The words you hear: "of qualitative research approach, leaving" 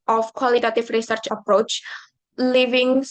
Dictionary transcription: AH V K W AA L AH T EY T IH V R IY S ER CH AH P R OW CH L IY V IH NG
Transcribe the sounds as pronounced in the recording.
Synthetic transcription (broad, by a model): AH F K W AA L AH T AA T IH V R IY S ER CH AH P R OW CH L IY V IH NG